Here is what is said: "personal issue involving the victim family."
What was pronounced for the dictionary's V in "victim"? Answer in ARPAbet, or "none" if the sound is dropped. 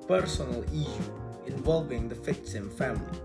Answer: F